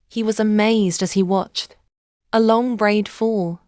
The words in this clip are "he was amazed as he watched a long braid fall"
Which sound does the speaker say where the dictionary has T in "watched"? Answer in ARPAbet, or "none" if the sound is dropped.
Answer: T